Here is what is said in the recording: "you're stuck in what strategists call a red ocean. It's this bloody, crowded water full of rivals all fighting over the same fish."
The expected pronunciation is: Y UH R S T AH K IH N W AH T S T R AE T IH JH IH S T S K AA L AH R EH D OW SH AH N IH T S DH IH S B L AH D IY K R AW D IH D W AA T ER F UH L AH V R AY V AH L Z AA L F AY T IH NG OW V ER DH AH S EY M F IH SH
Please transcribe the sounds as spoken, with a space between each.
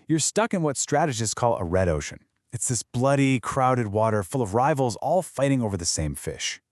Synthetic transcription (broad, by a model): Y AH R S T AH K IH N W AH T S T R AE T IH JH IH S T K AA L AH R EH D OW SH AH N IH T S DH IH S B L AH D IY K R AW D IH D W AA T ER F UH L AH V R AY V L Z AA L F AY T IH NG OW V ER DH AH S EY M F IH SH